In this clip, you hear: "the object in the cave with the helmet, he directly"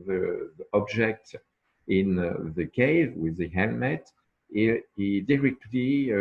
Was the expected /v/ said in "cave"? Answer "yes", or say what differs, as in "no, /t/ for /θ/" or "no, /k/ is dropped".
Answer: yes